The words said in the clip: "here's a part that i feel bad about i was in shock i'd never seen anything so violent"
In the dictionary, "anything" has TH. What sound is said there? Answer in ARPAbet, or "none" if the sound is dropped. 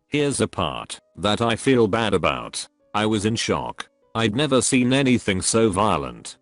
TH